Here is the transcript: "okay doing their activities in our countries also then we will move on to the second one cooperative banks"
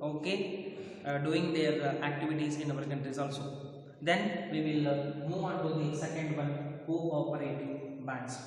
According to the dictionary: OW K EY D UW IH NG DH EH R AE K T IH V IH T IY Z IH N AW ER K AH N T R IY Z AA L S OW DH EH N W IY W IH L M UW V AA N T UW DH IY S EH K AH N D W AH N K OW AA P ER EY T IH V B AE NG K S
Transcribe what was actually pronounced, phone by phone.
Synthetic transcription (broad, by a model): OW K EY D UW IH NG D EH R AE K T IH V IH T IY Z IH N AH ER K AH N T R IY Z AA L S OW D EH N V IY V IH L M UW V AA N T UW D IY S EH K AH N D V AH N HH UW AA P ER EY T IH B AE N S